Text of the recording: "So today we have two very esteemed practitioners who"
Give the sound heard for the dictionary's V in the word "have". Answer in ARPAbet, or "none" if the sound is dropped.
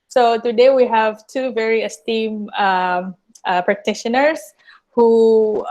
V